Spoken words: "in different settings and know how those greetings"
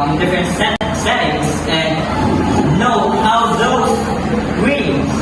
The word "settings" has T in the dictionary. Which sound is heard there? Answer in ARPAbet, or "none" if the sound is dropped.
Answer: S